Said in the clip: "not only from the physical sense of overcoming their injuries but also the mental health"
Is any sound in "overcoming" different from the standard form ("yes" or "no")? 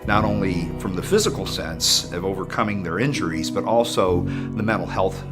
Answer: no